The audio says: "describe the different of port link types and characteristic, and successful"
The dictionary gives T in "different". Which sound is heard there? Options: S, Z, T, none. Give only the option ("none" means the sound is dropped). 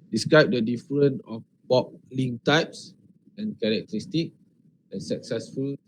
none